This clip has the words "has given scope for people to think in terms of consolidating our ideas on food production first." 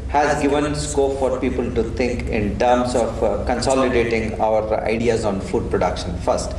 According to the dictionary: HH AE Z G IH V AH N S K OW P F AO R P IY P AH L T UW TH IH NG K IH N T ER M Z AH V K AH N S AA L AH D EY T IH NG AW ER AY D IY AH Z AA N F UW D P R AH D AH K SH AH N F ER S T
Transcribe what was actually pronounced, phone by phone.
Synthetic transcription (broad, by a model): HH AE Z G IH V AH N S K OW P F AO R P IY P AH L T UW T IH NG K IH N T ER M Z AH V K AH N S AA L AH D EY T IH NG AW ER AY D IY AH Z AA N F UW D P R AH D AH K SH AH N F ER S T